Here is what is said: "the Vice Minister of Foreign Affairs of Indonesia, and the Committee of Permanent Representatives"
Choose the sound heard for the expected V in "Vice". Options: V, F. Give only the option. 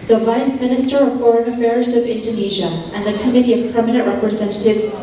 V